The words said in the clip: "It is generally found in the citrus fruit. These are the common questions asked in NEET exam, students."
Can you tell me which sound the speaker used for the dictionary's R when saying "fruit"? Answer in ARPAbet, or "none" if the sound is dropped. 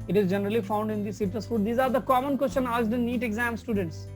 none